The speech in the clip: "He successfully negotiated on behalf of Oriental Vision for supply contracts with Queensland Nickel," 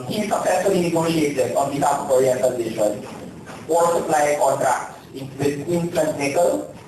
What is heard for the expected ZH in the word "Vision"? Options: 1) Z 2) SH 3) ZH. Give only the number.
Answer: 2